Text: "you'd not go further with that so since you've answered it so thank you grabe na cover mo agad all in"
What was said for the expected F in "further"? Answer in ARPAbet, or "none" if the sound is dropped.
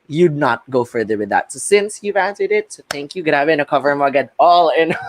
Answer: F